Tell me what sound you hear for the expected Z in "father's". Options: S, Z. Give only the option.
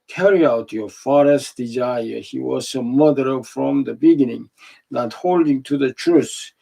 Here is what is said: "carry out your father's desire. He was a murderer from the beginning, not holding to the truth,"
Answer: S